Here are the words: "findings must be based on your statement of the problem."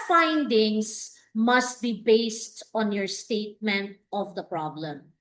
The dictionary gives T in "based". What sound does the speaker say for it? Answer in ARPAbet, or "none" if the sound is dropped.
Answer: T